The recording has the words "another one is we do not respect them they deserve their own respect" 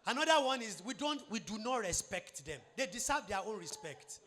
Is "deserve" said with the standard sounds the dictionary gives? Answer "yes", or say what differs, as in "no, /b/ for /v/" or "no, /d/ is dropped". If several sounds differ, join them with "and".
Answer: no, /s/ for /z/